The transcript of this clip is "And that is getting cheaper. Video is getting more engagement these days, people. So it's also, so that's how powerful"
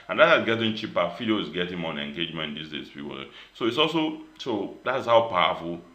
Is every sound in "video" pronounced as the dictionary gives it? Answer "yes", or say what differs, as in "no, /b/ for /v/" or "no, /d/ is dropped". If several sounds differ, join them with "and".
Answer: no, /f/ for /v/